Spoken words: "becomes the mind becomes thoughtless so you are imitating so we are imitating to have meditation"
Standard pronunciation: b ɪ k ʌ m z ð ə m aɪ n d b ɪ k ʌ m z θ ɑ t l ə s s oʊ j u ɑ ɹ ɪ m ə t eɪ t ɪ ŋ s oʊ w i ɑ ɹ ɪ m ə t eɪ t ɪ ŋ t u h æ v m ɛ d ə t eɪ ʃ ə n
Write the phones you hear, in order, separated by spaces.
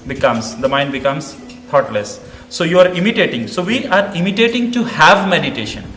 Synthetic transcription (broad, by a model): b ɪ k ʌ m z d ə m aɪ n d b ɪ k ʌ m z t ɑ t l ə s s oʊ j u ɑ ɹ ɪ m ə t eɪ t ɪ ŋ s oʊ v i ɑ ɹ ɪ m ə t eɪ t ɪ ŋ t u h æ v m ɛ d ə t eɪ ʃ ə n